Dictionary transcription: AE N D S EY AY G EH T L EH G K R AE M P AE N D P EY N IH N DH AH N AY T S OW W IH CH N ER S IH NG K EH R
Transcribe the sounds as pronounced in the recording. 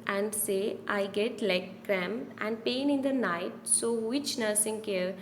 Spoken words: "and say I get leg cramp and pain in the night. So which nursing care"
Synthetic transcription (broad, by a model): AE N D S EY AY G EH T L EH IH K R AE M AE N D P EY N IH N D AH N AY T S OW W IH CH N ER S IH NG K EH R